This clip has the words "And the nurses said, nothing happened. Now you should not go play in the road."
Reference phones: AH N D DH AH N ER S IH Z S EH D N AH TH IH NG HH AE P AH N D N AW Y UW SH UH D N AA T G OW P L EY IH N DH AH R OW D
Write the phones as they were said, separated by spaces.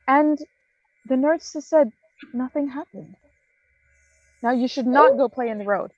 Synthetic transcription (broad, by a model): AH N DH AH N ER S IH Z S EH D N AH TH IH NG HH AE P AH N D N AW Y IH SH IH D N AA T G OW P L EY IH N DH AH R OW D